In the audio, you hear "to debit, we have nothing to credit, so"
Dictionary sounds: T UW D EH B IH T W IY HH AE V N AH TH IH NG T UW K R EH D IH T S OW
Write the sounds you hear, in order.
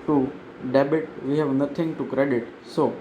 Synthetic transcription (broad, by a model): T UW D EH B IH T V IY HH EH V N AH T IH NG T UW K R EH D IH T S OW